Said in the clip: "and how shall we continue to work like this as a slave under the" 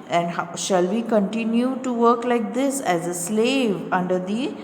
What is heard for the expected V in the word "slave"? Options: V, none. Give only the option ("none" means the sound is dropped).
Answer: V